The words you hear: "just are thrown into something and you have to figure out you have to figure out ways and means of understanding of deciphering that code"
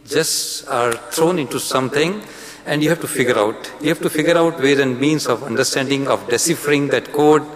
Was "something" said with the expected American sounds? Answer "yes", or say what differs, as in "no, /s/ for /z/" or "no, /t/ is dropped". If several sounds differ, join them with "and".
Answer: no, /t/ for /θ/